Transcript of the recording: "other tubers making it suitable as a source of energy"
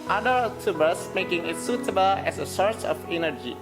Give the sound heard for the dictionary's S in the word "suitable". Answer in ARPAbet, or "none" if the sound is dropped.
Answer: S